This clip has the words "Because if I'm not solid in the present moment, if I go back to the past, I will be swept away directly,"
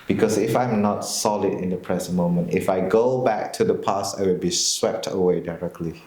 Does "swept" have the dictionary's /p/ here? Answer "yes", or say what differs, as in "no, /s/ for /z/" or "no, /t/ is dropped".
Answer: yes